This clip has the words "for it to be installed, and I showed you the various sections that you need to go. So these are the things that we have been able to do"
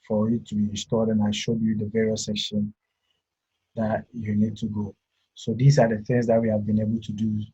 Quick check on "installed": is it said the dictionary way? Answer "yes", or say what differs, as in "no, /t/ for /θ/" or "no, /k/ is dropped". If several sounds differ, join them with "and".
no, /l/ is dropped